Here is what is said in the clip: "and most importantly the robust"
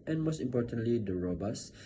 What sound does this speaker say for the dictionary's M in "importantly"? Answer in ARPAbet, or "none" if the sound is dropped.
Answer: M